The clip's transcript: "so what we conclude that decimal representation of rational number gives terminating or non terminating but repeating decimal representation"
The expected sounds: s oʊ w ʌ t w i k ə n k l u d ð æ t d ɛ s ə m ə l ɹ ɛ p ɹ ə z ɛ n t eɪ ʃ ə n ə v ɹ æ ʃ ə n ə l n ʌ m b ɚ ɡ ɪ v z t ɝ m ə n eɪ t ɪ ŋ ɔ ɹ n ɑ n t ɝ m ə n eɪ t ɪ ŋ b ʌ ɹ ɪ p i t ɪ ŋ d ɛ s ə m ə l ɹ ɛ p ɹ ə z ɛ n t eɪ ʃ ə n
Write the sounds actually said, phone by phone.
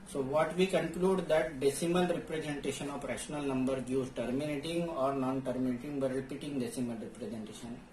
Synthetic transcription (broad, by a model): s oʊ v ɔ t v i k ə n k l u d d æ t d ɛ s ə m ə l ɹ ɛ p ɹ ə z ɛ n t eɪ ʃ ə n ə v ɹ æ ʃ ə n ə l n ʌ m b ɚ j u z t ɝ m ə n eɪ t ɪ ŋ ɔ ɹ n ɑ n t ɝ m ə n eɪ t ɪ ŋ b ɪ ɹ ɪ p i t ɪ ŋ d ɛ s ə m ə l ɹ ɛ p ɹ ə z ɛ n t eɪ ʃ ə n